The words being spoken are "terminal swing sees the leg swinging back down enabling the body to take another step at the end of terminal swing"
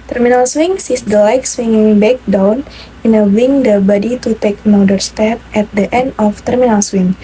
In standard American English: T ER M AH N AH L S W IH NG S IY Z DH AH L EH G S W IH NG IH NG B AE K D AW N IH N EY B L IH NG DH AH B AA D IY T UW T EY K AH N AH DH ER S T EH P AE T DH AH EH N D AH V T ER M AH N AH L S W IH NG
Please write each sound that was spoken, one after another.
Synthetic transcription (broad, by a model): T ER M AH N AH L S W IH NG S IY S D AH L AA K S W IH NG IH NG B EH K D AW N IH N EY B IH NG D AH B AA D IY T UW T EY K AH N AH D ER S T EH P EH T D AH EH N D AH F T ER M AH N AH L S W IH NG